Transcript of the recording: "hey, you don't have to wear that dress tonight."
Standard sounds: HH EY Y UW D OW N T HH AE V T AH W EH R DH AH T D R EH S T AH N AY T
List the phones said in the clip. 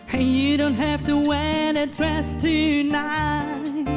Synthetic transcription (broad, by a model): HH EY Y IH D OW N T HH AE F T AH W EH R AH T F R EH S T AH N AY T